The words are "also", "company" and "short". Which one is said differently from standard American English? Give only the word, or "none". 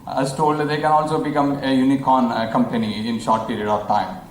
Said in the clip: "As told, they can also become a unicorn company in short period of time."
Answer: none